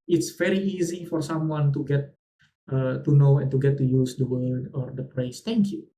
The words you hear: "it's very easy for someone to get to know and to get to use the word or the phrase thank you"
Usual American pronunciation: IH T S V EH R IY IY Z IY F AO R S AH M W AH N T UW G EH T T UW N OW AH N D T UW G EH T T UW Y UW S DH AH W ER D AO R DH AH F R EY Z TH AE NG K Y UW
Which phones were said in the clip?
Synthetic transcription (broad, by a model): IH T S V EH R IY IY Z IY F AO R S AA M W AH N T UW G EH T T UW N OW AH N T UW G EH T T UW Y UW S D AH W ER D AO R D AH P R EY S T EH NG K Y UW